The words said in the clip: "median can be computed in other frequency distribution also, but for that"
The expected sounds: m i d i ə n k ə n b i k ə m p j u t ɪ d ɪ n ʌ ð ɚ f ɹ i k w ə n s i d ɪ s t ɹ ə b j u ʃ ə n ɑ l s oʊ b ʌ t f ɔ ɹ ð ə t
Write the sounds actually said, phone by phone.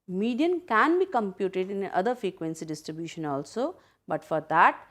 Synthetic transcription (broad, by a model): m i d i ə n k ə n b i k ə m p j u t ɪ d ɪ n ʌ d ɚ f ɹ i k w ə n s i d ɪ s t ɹ ə b j u ʃ ə n ɑ l s oʊ b ʌ t f ɔ ɹ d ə t